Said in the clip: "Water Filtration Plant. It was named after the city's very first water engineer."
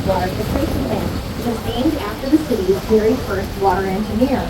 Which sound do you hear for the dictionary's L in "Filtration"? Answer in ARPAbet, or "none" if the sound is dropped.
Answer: none